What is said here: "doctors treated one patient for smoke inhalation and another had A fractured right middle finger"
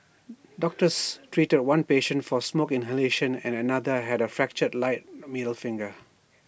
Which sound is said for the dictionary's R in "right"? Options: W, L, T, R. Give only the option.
L